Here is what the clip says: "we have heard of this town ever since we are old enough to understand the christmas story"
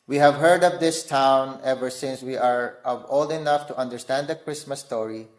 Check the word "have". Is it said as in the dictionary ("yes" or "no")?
yes